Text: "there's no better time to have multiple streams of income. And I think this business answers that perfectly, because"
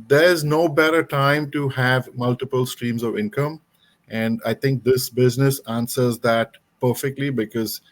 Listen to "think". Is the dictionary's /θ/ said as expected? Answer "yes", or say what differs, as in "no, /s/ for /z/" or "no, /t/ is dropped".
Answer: no, /t/ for /θ/